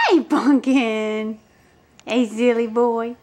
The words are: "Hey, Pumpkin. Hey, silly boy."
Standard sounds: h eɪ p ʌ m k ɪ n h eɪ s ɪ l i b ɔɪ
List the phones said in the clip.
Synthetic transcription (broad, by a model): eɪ b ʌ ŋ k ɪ n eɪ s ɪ l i b ɔɪ